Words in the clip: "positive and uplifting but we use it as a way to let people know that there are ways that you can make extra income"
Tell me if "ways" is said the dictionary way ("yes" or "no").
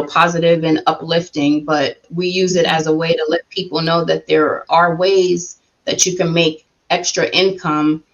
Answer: yes